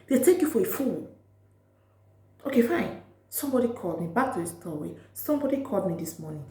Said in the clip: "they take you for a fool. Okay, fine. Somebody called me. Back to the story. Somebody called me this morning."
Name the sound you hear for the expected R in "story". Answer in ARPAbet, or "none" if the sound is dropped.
W